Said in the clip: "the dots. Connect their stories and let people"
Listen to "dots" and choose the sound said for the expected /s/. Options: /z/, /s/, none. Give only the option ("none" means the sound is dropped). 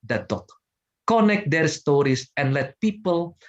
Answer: none